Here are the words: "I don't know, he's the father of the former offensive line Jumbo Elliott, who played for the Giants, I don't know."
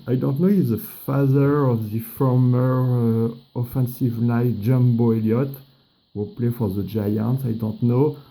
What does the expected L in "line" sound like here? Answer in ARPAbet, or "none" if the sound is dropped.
N